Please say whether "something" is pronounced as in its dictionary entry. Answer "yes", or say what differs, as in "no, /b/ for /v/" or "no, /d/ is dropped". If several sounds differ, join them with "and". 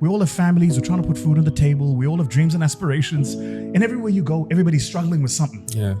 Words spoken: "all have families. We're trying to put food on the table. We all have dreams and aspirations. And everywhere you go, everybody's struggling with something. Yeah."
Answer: yes